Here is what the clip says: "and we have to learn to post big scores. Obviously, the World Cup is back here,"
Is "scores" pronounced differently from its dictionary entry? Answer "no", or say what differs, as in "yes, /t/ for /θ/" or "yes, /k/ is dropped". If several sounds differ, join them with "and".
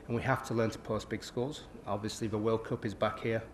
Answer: yes, /l/ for /ɹ/